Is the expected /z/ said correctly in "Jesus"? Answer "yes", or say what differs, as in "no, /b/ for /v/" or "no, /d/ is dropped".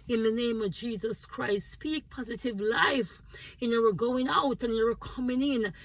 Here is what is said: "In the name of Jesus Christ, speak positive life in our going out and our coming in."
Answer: yes